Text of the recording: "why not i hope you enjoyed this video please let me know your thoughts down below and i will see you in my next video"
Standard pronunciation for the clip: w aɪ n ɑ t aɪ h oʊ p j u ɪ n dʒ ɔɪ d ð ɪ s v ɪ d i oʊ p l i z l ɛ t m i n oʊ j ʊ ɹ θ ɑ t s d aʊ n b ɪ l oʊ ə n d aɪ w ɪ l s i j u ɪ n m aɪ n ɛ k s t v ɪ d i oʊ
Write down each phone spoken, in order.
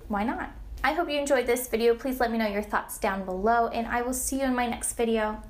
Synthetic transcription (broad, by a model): w aɪ n ɑ t aɪ h oʊ p j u ɪ n dʒ ɔɪ d ð ɪ s v ɪ d i oʊ p l i z l ɛ t m i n oʊ j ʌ ɹ θ ɑ t s d aʊ n b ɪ l oʊ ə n aɪ w ɪ l s i j u ɪ n m aɪ n ɛ k s t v ɪ d i oʊ